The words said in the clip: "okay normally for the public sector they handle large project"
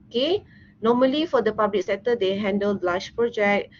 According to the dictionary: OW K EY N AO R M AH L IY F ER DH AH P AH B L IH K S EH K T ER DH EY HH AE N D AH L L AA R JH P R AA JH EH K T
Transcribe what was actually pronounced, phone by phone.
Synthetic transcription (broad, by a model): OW K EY N AO M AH L IY F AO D AH P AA B L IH K S EH T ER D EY HH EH N D AH L L AA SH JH P R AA JH EH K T